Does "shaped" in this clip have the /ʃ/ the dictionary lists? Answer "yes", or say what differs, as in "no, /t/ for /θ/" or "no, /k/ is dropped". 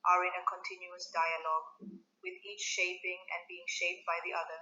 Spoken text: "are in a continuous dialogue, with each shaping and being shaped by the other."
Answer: yes